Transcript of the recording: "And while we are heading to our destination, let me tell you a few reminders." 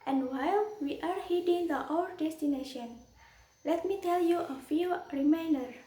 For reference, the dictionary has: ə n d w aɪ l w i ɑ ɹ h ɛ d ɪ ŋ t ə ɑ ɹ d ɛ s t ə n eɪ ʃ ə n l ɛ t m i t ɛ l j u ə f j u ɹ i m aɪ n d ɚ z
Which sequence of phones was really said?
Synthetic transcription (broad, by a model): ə n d w aɪ l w i ɑ ɹ h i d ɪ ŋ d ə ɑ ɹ d ɛ s t ə n eɪ ʃ ə n l ɛ t m i t ɛ l j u ə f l ɹ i m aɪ n d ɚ